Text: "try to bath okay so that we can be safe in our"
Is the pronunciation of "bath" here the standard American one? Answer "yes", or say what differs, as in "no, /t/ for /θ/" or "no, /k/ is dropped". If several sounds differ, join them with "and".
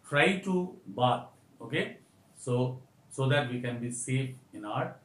no, /t/ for /θ/